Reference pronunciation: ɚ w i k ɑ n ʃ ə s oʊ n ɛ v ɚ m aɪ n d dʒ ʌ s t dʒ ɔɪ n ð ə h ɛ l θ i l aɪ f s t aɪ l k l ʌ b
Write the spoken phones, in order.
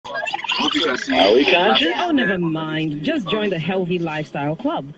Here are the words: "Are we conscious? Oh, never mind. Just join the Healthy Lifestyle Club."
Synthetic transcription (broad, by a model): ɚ w i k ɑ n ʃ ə oʊ n ɛ v ɚ m aɪ n d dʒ ʌ s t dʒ ɔɪ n ð ə h ɛ l θ i l aɪ f s t aɪ l k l ʌ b